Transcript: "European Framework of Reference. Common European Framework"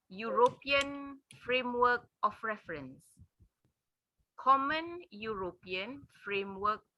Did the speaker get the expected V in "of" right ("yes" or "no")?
no